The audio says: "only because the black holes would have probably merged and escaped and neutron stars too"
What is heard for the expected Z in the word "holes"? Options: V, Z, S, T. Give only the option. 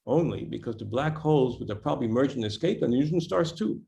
Z